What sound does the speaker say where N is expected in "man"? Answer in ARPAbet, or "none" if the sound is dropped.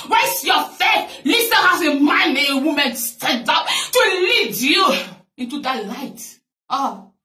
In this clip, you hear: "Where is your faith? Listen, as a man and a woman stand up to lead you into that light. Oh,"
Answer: none